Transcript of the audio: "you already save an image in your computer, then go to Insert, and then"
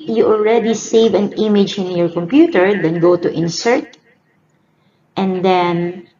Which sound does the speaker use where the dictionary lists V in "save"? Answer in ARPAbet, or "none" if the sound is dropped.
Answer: V